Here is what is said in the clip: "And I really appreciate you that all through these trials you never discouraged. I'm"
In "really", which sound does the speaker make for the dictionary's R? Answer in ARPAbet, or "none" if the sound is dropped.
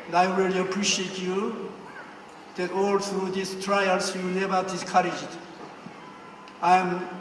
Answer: W